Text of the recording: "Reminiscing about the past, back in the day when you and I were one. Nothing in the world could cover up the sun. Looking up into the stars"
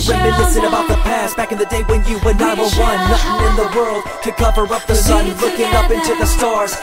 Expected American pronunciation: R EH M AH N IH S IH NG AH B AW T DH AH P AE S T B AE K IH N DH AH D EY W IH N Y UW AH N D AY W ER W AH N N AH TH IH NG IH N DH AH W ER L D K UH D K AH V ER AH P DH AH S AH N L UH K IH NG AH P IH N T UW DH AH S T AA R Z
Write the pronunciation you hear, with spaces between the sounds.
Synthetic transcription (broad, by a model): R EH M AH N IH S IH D AH B AW T DH AH P AE S B AE K IH N DH AH D EY W IH N Y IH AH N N AY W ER W AH N L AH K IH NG IH N DH AH W ER L D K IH K AH V ER AH P DH AH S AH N L UH K IH NG AH P IH N T UW DH AH S T AA R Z